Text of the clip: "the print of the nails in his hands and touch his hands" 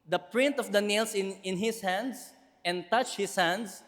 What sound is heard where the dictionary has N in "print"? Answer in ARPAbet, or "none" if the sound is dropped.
N